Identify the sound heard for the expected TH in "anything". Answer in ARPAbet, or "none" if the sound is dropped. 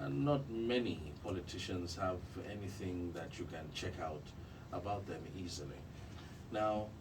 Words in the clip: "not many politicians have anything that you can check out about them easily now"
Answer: TH